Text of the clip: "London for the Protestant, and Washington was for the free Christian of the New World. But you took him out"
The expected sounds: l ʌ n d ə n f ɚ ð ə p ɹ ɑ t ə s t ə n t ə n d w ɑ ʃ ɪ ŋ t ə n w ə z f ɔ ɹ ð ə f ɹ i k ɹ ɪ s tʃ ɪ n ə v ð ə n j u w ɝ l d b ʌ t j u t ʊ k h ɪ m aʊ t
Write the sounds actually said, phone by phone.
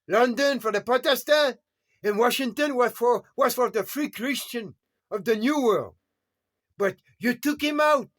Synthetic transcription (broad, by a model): l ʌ n d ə n f ɚ ð ə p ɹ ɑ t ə s t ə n ə n w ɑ ʃ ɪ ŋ t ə n w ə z f ɔ ɹ ð ə f ɹ i k ɹ ɪ s tʃ ɪ n ə v ð ə n j u w ɝ l d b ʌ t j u t ʊ k h ɪ m aʊ t